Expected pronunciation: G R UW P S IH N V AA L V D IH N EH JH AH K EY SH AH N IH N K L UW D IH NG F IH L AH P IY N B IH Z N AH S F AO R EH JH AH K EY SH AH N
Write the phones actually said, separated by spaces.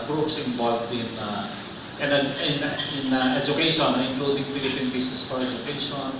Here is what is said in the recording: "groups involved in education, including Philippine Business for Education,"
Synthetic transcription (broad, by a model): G R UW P S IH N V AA L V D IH N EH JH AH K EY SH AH N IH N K L UW D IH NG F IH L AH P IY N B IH S N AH S F AO R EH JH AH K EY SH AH N